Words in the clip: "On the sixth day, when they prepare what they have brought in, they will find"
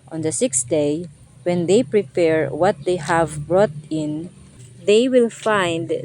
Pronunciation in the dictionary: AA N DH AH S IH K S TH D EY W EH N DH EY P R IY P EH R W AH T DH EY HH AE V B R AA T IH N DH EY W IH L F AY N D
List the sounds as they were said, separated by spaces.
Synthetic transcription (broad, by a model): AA N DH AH S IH K S D EY W EH N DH EY P R IY P EH R W AH T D EY HH AE V B R AA T IH N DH EY W IH L F AY N D